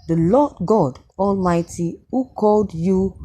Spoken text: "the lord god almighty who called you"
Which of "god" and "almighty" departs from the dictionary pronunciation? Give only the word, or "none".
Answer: none